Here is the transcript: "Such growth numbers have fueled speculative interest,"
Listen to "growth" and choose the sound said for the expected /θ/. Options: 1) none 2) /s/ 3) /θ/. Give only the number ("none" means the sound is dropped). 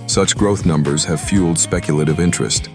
3